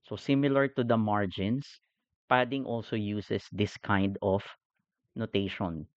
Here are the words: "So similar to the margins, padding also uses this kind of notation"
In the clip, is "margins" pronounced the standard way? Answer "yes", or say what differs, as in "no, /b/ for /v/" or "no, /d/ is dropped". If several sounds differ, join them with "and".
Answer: no, /s/ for /z/